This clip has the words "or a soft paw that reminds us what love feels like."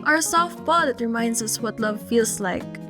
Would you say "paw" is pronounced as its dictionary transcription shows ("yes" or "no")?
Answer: no